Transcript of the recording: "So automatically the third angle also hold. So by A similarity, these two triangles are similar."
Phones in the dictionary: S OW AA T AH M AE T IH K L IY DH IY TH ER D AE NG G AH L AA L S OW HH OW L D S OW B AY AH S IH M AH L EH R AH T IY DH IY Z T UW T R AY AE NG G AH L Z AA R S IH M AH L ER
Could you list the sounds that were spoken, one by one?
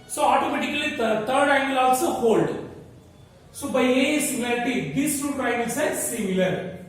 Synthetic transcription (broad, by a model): S OW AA T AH M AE T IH K IY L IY T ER D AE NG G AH L AA L S OW HH OW L D S OW B AY AH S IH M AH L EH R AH T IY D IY S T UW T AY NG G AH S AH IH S S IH M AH L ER